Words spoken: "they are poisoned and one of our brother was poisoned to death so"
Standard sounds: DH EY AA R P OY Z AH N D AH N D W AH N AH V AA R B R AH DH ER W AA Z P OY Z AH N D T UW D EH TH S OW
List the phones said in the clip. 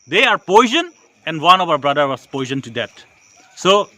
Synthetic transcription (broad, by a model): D EY AA R P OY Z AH N AH N D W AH N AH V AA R B R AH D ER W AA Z P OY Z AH N T UW D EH T S OW